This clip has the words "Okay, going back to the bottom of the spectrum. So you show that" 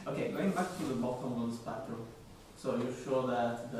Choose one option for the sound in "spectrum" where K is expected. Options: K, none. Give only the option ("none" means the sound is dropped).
none